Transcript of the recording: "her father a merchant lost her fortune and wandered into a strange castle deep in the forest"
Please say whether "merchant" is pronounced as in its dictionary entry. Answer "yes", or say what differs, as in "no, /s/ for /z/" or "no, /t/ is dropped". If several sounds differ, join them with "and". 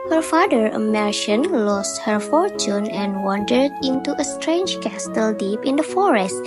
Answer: no, /ʃ/ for /tʃ/